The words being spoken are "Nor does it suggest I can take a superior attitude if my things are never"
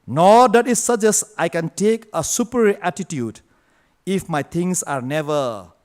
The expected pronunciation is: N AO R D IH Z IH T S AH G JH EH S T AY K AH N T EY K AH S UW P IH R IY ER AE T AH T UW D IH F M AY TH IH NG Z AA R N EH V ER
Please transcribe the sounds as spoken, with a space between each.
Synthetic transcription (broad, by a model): N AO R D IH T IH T S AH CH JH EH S AY K AH N T EY K AH S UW P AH R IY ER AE T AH T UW D IH F M AY T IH NG S AA R N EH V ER